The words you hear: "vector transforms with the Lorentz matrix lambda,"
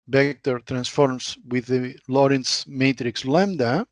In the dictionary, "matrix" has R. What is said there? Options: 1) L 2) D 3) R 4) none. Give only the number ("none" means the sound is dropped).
3